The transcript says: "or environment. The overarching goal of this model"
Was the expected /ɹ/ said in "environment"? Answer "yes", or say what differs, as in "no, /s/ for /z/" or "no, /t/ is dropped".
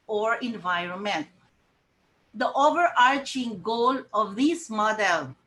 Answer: yes